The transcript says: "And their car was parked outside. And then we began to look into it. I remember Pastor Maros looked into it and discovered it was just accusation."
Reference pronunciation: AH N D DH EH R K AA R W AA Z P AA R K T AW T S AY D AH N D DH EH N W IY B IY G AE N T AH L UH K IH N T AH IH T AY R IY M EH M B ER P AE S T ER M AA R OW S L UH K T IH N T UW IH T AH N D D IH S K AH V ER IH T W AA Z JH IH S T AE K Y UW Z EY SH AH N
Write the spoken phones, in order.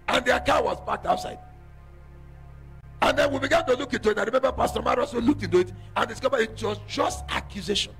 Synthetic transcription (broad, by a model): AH N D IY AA K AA W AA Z B AA K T AW T S AY D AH N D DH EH N W IY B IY G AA N T AH L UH K IH N T AH IH T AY R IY M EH M B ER P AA S T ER M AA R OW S L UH K T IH N T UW IH T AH N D D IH S K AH V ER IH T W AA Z JH IH S T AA K Y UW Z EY SH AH N